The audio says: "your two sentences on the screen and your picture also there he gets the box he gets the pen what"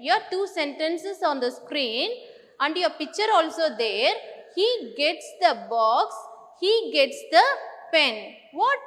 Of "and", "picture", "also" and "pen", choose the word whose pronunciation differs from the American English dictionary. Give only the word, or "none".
none